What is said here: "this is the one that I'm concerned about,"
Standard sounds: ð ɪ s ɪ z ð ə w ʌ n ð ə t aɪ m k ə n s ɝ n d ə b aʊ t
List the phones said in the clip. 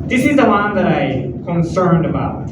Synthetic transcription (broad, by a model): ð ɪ s ɪ z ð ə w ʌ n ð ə t aɪ k ə n s ɝ n d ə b aʊ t